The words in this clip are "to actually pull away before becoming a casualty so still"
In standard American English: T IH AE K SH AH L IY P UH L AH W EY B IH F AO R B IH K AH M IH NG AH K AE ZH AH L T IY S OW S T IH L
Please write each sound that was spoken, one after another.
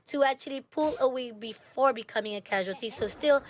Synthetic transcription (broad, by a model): T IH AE K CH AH L IY P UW L AH W EY B IH F AO R B IH K AH M IH NG AH K AE ZH AH L T IY S OW S T IH L